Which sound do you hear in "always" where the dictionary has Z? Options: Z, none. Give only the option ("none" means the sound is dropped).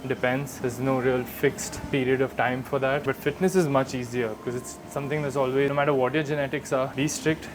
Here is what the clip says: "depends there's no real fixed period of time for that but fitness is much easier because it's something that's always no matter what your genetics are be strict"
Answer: none